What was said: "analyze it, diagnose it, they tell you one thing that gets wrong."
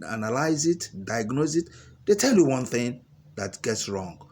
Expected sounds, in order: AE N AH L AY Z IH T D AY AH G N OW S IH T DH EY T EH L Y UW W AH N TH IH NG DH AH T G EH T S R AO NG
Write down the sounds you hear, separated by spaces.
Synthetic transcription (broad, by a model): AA N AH L AY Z IH T D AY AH G N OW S IH T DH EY T EH L Y UW W AH N TH IH NG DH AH T G EH T S R AO NG